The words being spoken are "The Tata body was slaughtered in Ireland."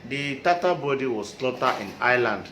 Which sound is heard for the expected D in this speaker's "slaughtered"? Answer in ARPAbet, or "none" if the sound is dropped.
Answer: none